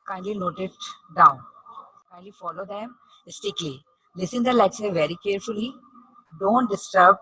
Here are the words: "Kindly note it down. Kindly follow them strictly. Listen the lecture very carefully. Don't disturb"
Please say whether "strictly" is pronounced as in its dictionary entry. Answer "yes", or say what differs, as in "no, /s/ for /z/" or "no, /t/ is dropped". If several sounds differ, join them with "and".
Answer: no, /ɹ/ is dropped